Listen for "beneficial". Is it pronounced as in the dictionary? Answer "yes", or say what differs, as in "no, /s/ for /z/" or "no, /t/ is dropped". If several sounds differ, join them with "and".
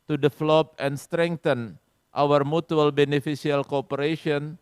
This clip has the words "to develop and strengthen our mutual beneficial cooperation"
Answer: no, /s/ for /ʃ/